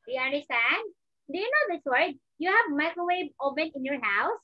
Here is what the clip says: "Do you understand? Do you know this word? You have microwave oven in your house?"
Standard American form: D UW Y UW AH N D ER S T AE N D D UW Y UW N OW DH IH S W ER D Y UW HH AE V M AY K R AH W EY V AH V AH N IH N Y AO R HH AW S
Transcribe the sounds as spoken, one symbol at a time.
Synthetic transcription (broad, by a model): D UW Y UW AH N D ER S T AE N D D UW Y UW N OW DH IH S W ER D Y UW HH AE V M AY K AH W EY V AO P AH N IH N Y AO R HH AW S